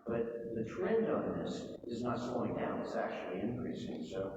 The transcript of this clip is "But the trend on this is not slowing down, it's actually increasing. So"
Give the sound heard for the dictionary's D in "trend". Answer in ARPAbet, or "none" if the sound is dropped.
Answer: D